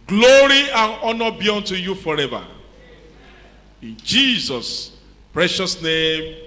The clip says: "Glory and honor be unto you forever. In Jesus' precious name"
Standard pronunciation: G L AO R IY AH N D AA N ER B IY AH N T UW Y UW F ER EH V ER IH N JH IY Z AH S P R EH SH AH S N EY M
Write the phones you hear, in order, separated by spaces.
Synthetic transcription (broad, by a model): G L AO R IY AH N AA N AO B IY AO N T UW Y UW F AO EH V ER IH N JH IY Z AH S P R EH SH AH S N EY M